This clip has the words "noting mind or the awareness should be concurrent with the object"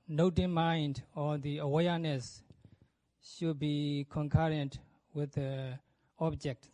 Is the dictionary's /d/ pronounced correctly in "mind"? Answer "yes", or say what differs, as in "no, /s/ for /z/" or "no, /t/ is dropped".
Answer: yes